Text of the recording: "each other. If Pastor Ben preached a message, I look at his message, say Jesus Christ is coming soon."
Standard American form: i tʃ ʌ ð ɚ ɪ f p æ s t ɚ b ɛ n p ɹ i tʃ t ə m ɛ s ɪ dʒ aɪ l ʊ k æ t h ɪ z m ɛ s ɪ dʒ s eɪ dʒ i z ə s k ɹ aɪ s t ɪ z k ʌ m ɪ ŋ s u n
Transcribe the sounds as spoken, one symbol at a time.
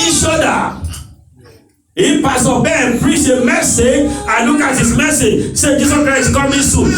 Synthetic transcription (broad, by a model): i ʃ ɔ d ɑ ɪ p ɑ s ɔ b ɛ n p ɹ i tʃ ə m ɛ s ɪ dʒ aɪ l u k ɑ t h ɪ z m ɛ s ɪ dʒ s eɪ dʒ i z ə s k ɹ aɪ s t k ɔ m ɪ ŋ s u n